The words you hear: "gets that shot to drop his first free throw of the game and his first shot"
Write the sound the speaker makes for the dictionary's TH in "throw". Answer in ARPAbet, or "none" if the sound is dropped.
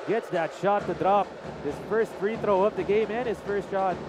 TH